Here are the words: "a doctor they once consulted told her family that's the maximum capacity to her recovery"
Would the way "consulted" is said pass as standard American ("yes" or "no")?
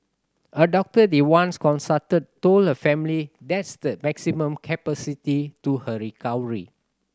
no